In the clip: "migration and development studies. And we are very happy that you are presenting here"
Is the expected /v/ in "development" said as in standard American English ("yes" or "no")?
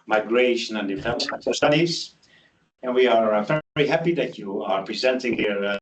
no